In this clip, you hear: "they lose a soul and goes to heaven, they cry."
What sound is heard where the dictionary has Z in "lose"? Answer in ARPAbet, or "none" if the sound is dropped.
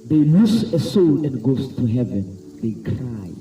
S